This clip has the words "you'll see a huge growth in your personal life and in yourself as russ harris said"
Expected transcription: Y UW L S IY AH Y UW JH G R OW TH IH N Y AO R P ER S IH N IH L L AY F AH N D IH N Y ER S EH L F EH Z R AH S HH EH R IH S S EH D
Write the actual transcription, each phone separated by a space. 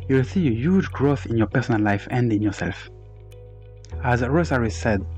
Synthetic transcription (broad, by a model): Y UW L S IY AH Y UW JH G R OW TH IH N Y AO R P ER S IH N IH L L AY F AH N D IH N Y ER S EH L F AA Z R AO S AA R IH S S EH D